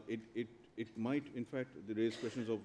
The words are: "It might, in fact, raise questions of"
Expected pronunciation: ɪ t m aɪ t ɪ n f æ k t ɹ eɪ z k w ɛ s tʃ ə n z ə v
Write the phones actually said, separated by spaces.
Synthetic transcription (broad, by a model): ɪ t m aɪ t ɪ n f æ k t ɹ eɪ z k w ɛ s ʃ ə n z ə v